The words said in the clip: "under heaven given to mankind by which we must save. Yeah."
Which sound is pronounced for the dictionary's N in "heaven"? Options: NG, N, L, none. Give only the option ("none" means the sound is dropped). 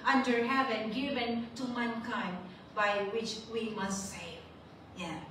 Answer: N